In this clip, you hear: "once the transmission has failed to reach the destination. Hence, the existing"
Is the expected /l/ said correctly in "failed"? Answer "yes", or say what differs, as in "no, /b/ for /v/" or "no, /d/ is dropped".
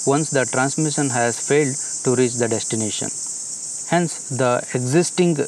yes